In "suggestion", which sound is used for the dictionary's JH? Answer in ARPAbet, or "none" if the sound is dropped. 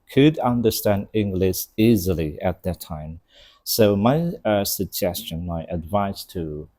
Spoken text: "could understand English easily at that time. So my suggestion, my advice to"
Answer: JH